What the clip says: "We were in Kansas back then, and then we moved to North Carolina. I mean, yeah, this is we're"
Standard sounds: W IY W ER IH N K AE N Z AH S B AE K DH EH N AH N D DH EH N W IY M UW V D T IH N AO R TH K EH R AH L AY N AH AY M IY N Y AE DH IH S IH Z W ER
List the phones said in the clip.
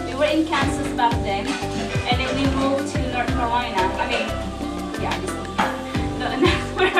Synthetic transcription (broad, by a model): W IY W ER IH N K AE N S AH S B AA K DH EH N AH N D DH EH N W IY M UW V T IH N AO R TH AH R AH IH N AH AY M IY N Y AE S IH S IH S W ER